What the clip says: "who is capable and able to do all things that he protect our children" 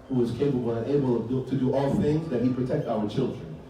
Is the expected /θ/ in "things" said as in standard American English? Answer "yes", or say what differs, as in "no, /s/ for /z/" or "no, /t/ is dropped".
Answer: yes